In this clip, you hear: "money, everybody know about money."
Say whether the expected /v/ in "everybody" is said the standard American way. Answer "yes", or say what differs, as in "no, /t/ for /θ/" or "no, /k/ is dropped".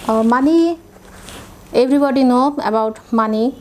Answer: no, /b/ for /v/